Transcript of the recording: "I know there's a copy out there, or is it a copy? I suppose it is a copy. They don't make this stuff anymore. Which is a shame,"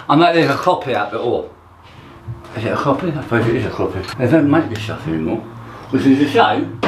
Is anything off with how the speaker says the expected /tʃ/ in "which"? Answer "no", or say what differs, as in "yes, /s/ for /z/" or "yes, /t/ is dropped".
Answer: yes, /s/ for /tʃ/